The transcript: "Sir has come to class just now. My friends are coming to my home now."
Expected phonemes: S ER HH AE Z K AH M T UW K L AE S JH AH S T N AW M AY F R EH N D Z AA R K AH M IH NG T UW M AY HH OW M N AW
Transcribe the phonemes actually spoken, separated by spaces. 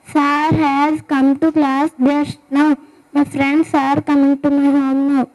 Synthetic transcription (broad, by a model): S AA HH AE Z K AH M T UW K L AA S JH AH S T N AW M AY F R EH N D S AA R K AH M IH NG T UW M AY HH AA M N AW